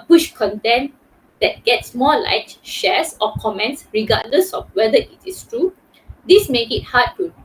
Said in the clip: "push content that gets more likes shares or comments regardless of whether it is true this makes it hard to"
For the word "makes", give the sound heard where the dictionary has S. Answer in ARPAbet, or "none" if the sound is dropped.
none